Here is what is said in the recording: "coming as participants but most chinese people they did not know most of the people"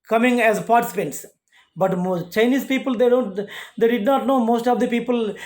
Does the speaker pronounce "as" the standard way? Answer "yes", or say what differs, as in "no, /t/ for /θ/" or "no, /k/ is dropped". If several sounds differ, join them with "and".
yes